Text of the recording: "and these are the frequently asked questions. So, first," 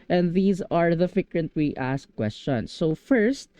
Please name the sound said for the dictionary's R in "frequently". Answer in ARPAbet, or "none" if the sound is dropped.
none